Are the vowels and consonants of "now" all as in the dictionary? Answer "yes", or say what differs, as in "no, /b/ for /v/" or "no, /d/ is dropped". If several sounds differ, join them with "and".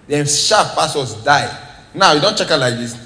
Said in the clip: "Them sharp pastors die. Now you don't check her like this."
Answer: yes